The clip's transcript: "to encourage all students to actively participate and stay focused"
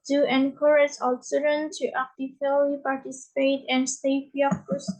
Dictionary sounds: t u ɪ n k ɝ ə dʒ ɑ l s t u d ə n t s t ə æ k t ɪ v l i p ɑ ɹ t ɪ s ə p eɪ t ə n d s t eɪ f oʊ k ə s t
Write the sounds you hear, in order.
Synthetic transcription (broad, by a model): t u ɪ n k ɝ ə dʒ ɑ l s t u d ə n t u t ə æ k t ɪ f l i p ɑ ɹ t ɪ s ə p eɪ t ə n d s t eɪ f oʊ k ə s